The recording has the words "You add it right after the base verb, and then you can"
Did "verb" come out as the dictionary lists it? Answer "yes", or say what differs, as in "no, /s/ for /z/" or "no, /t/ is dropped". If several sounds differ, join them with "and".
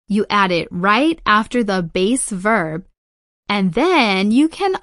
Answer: yes